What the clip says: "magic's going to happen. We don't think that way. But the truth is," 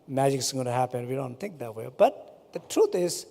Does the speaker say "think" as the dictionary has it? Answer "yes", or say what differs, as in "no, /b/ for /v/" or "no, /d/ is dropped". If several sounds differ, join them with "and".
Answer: no, /t/ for /θ/